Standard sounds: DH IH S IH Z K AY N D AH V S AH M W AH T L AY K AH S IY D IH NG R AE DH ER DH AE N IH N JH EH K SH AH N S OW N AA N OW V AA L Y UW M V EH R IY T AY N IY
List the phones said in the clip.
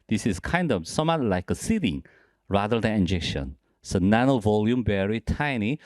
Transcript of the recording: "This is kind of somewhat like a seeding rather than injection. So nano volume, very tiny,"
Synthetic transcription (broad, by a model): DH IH S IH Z K AY N D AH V S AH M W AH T L AY K AH S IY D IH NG R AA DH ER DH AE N IH N JH EH K SH AH N S OW N AA N OW V AA L Y UW M B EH R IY T AY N IY